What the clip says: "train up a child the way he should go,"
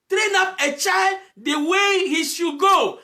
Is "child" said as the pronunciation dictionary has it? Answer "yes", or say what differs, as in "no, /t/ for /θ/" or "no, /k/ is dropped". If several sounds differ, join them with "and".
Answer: yes